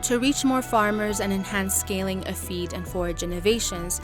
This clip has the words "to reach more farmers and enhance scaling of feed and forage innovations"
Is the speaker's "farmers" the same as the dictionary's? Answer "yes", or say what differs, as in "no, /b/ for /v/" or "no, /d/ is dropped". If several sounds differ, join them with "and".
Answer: yes